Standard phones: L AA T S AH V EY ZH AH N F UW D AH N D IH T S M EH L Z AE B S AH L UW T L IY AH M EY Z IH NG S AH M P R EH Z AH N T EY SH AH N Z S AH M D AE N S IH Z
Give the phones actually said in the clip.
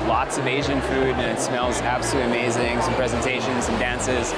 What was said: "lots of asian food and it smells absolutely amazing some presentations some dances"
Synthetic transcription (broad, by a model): L AA T S AH V EY ZH AH N F UW D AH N IH T S M EH L Z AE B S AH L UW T AH M EY Z IH NG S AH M P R EH Z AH N T EY SH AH N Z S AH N D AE N S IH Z